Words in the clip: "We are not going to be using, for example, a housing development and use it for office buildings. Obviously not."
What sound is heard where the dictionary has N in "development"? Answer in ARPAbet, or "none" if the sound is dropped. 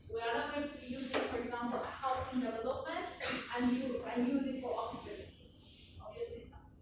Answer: N